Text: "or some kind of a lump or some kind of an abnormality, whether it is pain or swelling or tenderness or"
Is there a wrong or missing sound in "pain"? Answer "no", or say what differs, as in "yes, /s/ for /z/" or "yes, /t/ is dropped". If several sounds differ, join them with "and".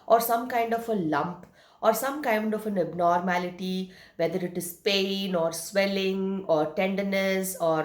no